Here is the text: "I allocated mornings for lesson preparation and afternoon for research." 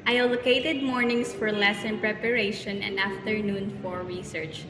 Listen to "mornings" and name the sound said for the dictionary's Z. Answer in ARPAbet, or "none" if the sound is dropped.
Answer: S